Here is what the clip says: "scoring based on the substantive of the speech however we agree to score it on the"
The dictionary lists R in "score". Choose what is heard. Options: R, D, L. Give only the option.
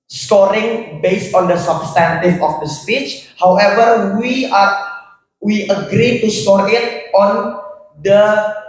R